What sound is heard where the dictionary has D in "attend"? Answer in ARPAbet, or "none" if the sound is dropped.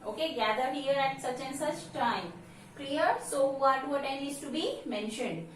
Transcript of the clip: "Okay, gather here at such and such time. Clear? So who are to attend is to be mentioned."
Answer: none